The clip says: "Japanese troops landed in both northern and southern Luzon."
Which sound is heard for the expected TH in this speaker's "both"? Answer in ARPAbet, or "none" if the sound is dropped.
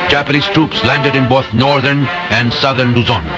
T